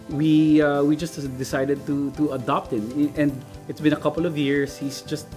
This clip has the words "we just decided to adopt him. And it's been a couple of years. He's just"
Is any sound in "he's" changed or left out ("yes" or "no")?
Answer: yes